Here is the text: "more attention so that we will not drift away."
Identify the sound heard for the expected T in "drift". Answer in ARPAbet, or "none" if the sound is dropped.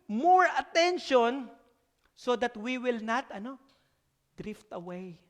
T